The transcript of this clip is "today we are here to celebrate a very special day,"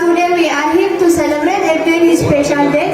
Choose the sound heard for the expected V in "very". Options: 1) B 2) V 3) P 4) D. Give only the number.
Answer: 3